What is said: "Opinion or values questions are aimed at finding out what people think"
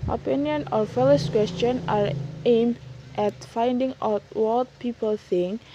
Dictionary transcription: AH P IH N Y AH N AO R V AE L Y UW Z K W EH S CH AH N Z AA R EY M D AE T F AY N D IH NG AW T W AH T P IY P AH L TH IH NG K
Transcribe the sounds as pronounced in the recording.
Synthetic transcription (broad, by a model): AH P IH N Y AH N AO R F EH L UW S K W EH S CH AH N AA R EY M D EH T F AY N D IH NG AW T W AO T P IY P AH L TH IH NG K